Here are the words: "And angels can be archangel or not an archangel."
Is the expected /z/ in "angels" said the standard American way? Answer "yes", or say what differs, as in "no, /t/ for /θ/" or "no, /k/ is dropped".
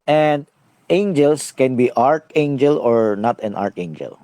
no, /s/ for /z/